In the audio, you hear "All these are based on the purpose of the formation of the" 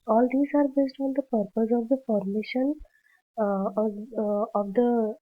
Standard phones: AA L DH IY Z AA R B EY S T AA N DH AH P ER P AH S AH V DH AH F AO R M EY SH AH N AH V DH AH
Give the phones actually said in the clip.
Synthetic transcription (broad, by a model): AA L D IY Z AA R B EY S T AA N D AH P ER P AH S AH V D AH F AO R M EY SH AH N AH V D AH